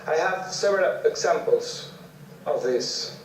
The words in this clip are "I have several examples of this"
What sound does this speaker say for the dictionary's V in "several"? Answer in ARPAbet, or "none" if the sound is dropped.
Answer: none